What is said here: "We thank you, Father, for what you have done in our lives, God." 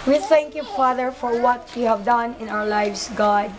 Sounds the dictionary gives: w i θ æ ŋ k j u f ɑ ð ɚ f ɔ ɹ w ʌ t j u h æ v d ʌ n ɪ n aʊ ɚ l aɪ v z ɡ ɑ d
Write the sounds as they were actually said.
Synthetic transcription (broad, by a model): w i θ æ ŋ k j u f ɑ ð ɚ f ɔ ɹ w ʌ t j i h æ v d ʌ n ɪ n aʊ ɚ l aɪ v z ɡ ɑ d